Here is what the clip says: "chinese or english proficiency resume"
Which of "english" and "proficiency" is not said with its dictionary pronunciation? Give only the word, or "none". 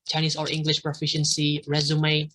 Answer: none